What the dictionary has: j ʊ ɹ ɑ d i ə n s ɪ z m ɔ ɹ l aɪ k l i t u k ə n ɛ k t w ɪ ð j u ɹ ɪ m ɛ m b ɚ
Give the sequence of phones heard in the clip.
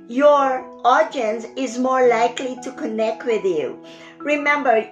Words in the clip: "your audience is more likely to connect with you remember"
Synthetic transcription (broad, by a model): j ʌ ɹ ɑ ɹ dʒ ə n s ɪ z m ɔ ɹ l aɪ k l i t u k ə n ɛ k t w ɪ ð j u ɹ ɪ m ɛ m b ɚ